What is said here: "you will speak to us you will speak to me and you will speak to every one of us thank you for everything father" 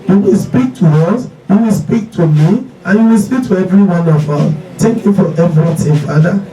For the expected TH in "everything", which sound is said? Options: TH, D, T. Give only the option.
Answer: T